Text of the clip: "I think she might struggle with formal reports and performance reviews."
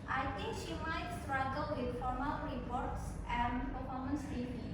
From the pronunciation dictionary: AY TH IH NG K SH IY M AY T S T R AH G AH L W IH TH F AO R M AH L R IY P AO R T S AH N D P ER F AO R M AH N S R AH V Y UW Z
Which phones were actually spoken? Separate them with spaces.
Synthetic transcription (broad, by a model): AY T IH NG K SH IY M AY T S T R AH G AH L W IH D F AO R M AH L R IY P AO R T S AH N D P ER F AO R M AH N S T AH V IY